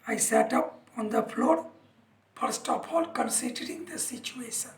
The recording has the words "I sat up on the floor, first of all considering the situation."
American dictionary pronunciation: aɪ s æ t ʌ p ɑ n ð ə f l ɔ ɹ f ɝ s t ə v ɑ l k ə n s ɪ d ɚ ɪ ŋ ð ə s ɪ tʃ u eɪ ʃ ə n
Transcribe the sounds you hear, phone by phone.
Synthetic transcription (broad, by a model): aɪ s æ t ʌ p ɑ n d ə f l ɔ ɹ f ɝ s t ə p ɑ l k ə n s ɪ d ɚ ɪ ŋ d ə s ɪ tʃ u eɪ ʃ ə n